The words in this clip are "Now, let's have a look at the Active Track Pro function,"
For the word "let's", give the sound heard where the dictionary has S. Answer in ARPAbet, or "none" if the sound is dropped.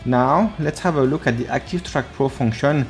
S